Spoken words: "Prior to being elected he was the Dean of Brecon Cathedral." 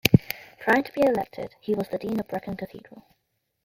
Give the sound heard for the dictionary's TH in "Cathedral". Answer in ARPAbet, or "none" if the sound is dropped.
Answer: TH